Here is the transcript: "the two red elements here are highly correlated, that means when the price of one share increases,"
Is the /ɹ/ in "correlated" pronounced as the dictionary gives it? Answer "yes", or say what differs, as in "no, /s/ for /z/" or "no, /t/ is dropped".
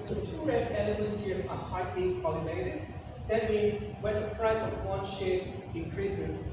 no, /l/ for /ɹ/